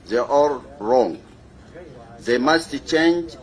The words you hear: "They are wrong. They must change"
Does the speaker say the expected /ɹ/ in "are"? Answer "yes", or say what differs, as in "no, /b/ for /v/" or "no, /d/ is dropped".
no, /l/ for /ɹ/